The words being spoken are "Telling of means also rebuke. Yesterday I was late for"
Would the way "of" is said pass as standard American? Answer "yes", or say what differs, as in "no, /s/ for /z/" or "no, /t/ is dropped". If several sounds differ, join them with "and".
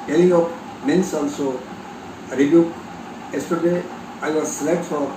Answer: no, /p/ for /v/